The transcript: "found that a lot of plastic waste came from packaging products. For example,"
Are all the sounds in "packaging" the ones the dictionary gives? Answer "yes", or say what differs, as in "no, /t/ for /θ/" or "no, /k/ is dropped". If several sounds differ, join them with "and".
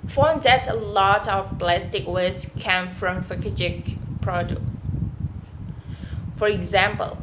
no, /f/ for /p/